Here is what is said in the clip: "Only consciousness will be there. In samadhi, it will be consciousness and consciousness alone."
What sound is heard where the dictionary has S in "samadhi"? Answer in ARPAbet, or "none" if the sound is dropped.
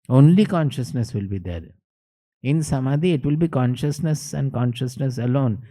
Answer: S